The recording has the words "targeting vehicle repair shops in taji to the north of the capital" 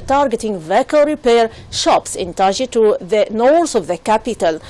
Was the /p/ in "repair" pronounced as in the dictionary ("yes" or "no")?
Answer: yes